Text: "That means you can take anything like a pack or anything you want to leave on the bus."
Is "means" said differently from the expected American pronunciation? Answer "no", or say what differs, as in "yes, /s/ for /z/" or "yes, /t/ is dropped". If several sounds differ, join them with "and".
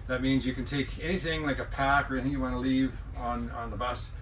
no